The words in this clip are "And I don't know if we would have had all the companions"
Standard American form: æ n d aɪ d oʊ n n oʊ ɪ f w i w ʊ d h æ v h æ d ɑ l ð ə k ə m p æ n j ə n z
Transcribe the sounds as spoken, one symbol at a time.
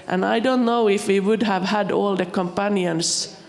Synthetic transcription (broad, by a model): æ n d aɪ d oʊ n n oʊ ɪ f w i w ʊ d h æ v h æ d ɑ l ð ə k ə m p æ n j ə n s